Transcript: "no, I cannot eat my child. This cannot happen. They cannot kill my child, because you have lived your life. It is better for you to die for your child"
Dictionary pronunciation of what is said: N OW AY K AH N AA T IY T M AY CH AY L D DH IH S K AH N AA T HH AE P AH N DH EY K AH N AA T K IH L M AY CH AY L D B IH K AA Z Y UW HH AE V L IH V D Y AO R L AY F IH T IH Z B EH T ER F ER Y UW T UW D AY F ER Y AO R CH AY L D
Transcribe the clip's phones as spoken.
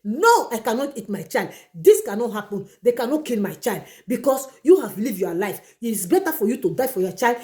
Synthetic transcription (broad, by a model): N OW AY K AH N AA T IY T M AY CH AY L D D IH S K AH N AA T HH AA P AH N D EY K AH N AA T K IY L M AY CH AY L D B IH K AA S Y UW HH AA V L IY V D Y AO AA L AY F IH T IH S B EH T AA F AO Y UW T UW D AY F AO Y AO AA CH AY L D